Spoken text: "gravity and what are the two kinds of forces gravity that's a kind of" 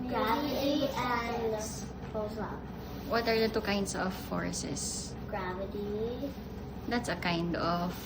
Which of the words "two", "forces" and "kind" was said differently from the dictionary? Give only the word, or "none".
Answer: forces